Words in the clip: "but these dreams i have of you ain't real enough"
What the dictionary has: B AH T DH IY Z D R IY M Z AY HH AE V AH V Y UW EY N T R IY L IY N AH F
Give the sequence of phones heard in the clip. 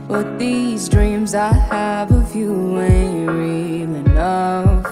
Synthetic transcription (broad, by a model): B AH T DH IY Z D R IY M Z AY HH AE V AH F Y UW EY N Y R IY L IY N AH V